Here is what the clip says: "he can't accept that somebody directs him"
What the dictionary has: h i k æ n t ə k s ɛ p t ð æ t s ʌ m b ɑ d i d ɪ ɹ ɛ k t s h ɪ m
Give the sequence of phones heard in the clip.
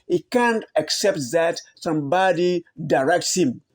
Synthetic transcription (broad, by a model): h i k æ n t ə k s ɛ p t ð æ t s ʌ m b ɑ d i d ɪ ɹ ɛ k t s h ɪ m